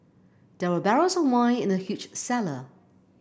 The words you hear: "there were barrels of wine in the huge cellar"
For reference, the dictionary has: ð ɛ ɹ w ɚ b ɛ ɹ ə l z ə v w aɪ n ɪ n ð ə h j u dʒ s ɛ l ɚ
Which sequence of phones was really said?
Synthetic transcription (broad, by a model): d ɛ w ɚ b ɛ ɹ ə z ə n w aɪ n ɪ n ð ə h j u tʃ s ɛ l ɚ